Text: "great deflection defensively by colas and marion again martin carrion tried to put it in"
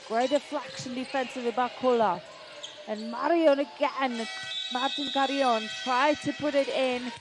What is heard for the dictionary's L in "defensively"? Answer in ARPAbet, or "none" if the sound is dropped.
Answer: none